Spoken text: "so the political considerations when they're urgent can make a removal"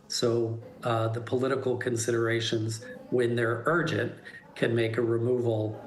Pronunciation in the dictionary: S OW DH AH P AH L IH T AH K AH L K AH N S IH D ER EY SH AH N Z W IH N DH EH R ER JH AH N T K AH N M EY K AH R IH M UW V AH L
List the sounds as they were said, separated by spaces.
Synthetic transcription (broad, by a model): S OW DH AH P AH L IH T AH K L K AH N S IH D ER EY SH AH N Z W IH N DH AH R ER JH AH N K AH N M EY K AH R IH M UW V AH L